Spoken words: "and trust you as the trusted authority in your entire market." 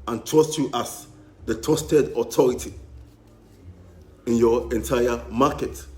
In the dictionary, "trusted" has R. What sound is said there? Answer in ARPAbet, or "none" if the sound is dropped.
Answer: none